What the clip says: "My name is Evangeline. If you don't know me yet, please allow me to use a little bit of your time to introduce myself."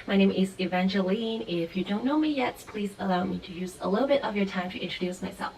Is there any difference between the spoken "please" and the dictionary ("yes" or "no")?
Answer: no